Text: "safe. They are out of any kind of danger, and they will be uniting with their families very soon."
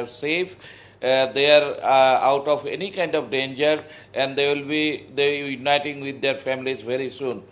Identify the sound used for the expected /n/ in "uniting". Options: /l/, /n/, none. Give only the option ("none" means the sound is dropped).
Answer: /n/